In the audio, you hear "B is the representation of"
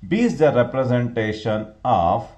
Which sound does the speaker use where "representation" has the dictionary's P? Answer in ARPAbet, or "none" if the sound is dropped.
P